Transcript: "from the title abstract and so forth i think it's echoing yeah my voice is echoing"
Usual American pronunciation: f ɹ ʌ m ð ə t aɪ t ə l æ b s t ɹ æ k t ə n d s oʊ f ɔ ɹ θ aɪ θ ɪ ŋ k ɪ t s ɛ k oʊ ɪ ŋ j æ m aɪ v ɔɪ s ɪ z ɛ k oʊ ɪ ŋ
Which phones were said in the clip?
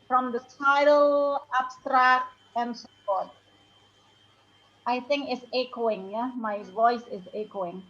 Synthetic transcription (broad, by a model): f ɹ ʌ m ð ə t aɪ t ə l æ b s t ɹ æ k t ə n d s oʊ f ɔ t aɪ θ ɪ ŋ k ɪ t s ɛ k oʊ ɪ ŋ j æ m aɪ v ɔɪ s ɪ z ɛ k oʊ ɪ ŋ